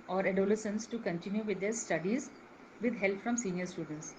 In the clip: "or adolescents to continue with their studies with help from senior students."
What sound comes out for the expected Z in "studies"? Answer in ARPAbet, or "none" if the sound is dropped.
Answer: Z